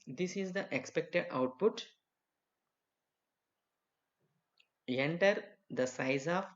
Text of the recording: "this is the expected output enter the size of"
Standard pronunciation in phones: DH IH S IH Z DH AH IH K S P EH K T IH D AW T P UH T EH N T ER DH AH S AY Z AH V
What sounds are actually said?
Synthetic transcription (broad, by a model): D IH S IH Z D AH IH K S P EH K T IH D AW T P UH T EH N T ER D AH S AY Z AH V